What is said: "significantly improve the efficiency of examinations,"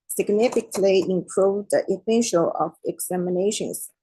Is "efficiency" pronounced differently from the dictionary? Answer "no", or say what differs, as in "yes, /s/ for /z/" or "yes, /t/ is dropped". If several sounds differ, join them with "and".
yes, /s/ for /ʃ/ and /ʃ/ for /s/